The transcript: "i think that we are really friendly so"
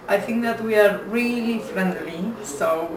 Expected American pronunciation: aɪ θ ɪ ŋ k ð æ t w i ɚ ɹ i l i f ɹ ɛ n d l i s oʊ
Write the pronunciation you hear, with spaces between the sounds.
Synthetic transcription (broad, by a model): aɪ θ ɪ ŋ k ð æ t w i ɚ ɹ i l i f ɹ ɛ n d l i s oʊ